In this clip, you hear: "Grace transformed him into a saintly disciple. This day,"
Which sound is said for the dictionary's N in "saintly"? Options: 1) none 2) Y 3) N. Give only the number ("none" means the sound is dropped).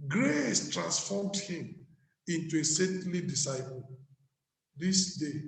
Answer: 1